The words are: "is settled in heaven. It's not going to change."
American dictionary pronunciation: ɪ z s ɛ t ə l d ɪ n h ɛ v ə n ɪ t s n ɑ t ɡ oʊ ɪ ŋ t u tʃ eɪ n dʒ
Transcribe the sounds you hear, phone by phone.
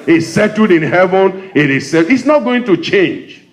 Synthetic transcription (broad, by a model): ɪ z s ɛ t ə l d ɪ n h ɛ v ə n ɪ s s n ɑ t ɡ oʊ ɪ ŋ t u tʃ eɪ n dʒ